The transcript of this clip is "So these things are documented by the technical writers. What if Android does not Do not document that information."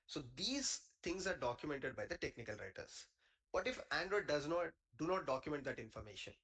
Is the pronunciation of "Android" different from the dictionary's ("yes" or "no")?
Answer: no